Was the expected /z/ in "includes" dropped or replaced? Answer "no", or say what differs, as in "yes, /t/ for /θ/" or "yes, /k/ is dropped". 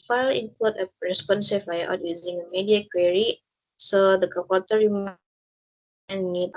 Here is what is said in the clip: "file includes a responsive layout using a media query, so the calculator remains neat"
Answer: yes, /z/ is dropped